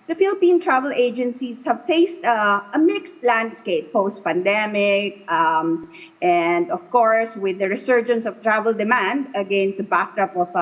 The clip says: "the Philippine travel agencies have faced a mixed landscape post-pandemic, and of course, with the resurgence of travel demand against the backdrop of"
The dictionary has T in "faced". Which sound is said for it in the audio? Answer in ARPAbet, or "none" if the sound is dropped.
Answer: T